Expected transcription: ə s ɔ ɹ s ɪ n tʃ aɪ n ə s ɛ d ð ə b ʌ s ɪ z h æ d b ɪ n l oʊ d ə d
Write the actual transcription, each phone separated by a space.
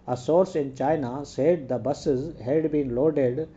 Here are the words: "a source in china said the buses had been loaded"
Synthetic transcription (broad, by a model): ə s ɔ ɹ s ɪ n tʃ aɪ n ə s ɛ d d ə b ʌ s ɪ z h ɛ d b ɪ n l oʊ d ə d